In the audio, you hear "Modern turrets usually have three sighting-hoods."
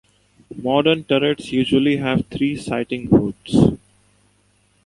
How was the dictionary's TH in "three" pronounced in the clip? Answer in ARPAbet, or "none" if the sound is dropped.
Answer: T